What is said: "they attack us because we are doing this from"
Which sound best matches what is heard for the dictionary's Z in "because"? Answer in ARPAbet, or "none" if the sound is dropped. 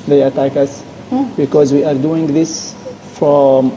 Z